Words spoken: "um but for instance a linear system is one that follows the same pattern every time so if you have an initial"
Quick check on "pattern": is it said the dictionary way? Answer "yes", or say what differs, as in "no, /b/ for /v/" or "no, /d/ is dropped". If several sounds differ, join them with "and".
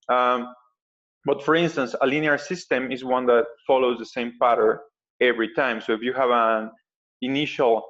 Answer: no, /n/ is dropped